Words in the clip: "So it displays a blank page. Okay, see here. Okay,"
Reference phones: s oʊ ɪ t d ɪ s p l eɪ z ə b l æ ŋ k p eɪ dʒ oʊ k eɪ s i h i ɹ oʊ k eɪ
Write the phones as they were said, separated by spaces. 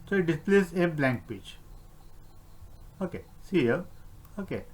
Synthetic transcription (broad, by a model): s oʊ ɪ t d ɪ s p l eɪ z ə b l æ ŋ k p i tʃ oʊ k eɪ s i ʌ oʊ k eɪ